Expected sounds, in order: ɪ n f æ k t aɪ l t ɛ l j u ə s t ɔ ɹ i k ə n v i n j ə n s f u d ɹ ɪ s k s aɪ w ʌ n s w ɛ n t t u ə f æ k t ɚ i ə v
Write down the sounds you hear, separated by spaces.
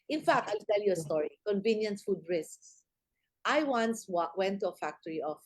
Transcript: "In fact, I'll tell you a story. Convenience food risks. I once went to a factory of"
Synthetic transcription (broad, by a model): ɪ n f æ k t aɪ l t ɛ l j u ə s t ɔ ɹ i k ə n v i n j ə n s f u d ɹ ɪ s k s aɪ w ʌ n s w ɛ n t t u ə f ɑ k t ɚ i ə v